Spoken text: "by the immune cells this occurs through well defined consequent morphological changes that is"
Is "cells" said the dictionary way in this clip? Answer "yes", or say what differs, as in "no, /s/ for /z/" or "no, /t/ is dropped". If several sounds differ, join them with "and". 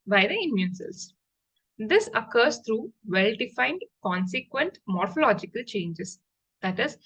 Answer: no, /l/ is dropped